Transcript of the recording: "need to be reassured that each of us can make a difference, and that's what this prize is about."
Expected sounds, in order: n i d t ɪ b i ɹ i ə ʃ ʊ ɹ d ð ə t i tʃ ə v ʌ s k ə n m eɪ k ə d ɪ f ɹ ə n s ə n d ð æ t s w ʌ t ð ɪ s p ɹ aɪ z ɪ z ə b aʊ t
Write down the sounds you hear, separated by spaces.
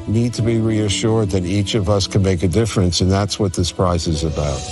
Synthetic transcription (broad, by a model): n i d t ɪ b i ɹ i ə ʃ ʊ ɹ d ð ə t i tʃ ə v ʌ s k ə n m eɪ k ə d ɪ f ɹ ə n s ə n ð æ t s w ʌ t ð ɪ s p ɹ aɪ z ɪ z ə b aʊ t